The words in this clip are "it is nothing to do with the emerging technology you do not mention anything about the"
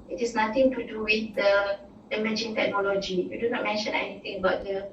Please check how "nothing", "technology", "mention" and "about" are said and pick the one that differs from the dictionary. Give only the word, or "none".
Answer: nothing